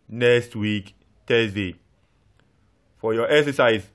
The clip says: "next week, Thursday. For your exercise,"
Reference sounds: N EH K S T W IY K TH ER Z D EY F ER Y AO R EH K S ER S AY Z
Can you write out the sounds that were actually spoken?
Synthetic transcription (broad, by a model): N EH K S T W IY K T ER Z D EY F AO Y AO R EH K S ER S AY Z